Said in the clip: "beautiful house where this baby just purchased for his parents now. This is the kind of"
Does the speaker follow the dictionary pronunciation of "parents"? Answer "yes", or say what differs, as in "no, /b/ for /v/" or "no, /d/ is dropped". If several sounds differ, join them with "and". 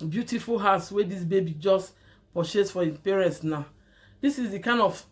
yes